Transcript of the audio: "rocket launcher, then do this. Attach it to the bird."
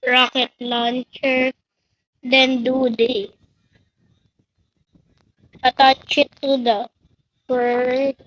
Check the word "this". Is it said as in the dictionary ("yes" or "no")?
no